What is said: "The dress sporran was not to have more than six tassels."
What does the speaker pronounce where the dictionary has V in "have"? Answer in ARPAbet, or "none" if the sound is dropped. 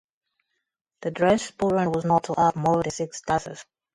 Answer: P